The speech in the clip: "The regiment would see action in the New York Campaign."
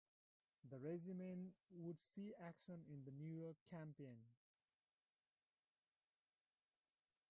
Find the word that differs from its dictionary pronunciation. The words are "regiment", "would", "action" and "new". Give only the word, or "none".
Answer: regiment